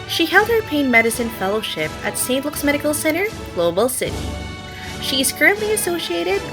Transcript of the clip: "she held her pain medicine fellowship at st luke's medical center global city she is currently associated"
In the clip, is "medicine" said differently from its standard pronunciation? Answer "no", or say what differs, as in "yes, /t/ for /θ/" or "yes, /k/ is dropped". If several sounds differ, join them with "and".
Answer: no